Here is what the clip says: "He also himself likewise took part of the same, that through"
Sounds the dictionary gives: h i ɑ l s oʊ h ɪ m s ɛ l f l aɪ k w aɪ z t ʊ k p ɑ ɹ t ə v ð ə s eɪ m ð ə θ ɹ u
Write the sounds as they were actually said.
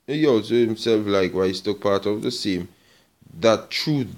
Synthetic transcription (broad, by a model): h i ɑ l s oʊ h ɪ m s ɛ l f l aɪ k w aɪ s t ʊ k p ɑ ɹ t ə v ð ə s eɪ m ð ə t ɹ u